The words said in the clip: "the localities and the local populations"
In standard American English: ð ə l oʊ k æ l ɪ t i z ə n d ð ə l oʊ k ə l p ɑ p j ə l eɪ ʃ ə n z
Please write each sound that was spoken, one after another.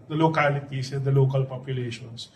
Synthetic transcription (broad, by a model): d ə l oʊ k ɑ l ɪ t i s ə n d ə l oʊ k ə l p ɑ p j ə l eɪ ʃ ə n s